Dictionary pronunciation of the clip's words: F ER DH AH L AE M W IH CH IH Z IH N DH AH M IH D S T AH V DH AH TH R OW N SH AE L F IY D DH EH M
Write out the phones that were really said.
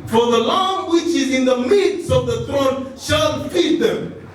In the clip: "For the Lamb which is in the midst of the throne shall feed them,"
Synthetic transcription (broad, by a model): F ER DH AH L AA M W IH CH IH Z IH N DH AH M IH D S AH V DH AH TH R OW N SH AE L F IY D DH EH M